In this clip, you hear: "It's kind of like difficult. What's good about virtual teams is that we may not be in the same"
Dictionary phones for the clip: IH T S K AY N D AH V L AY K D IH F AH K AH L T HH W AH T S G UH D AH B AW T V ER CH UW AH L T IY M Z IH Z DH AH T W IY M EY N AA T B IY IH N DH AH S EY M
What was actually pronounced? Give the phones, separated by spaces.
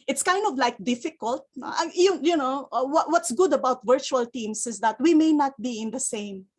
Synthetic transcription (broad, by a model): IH T S K AY N D AH V L AY K D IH F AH K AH L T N W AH T S G UH D AH B AW T V ER CH UW AH L T IY M S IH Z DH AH T W IY M EY N AA T B IY IH N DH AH S EY M